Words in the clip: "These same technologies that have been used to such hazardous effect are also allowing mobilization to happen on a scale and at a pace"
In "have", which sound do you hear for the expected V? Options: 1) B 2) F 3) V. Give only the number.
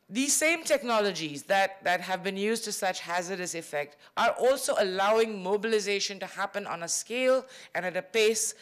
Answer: 3